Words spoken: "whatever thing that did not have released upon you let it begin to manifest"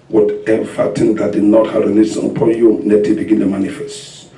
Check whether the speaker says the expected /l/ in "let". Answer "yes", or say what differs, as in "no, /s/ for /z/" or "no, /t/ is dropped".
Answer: no, /n/ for /l/